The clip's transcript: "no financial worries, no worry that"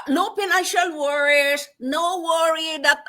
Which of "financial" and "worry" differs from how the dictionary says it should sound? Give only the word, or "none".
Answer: financial